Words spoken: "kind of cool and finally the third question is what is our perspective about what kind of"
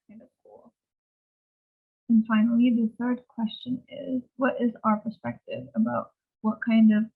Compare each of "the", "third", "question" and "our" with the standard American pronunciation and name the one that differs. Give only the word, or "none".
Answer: none